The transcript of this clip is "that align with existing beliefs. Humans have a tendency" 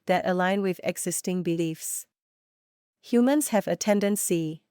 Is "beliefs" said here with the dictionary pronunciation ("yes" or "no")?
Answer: yes